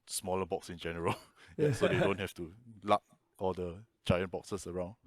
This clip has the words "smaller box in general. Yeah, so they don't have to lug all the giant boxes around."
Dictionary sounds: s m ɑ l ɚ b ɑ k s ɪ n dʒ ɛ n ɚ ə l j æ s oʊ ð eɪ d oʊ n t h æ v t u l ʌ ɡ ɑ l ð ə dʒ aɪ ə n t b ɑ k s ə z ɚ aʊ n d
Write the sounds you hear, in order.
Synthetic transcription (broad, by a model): s m ɑ l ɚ b ɑ k s ɪ n dʒ ɛ n ɚ ə l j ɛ s oʊ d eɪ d oʊ n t h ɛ f t u l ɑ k ɑ l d ə dʒ aɪ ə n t b ɑ k s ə s ɚ aʊ n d